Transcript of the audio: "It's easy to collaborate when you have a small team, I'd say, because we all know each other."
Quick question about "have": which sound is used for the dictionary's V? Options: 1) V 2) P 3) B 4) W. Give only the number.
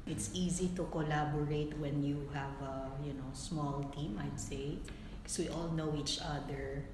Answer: 1